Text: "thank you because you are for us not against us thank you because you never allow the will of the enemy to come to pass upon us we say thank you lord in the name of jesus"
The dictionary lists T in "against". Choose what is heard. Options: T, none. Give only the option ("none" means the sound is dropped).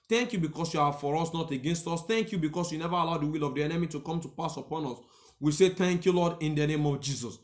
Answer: T